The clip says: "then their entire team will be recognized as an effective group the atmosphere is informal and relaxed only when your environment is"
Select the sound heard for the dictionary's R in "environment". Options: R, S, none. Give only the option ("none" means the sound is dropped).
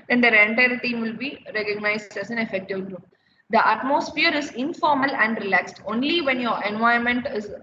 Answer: none